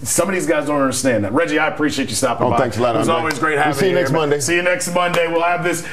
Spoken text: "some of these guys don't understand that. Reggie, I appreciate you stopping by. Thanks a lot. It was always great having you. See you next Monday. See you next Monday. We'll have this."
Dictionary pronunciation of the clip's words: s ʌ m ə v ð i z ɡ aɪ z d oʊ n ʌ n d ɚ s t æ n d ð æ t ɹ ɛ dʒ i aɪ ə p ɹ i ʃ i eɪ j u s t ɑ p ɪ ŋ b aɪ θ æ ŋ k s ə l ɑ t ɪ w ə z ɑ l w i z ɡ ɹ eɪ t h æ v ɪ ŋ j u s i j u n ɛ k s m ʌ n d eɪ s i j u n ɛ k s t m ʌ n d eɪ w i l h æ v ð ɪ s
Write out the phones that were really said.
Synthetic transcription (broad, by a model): s ʌ m ə v ð i z ɡ aɪ z d oʊ n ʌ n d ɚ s t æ n ð æ t ɹ ɛ dʒ i aɪ ə p ɹ i ʃ i eɪ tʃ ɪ s t ɑ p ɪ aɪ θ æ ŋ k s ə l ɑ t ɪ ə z ɑ l w i z ɡ ɹ eɪ t h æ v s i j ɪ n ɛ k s m ʌ n d eɪ s i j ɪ n ɛ k s t m ʌ n d eɪ w i l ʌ v ð ɪ s